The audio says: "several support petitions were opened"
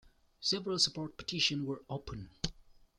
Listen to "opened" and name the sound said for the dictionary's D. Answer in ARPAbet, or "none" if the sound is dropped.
none